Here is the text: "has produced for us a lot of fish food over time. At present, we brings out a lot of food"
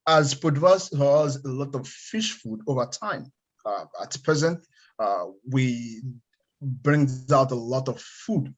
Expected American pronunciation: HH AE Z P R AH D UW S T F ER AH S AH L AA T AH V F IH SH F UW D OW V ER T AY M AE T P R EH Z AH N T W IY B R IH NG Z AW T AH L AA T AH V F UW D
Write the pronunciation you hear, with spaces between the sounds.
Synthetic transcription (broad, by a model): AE Z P AH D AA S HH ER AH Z AH L AA T AH V F IH SH F UW D OW V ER T AY M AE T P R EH Z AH N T W IY B R IH NG Z AW T AH L AA T AH V F UW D